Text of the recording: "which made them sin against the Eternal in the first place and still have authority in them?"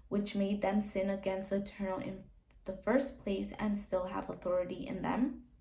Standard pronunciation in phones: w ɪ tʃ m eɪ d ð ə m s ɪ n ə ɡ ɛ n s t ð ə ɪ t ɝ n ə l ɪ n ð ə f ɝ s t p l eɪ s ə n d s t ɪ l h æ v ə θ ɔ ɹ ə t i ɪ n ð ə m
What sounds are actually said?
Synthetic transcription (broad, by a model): w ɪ tʃ m eɪ d ð ə m s ɪ n ə ɡ ɛ n s t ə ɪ t ɝ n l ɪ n ð ə f ɝ s p l eɪ s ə n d s t ɪ l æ v ə θ ɔ ɹ ə t i ɪ n ð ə m